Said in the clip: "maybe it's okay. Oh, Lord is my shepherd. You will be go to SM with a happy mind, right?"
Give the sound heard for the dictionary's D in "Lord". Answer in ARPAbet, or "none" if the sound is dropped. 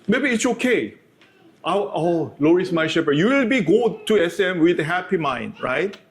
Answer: none